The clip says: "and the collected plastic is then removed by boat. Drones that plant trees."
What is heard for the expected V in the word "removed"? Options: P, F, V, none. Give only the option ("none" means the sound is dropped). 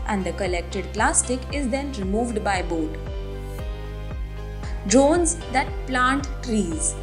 V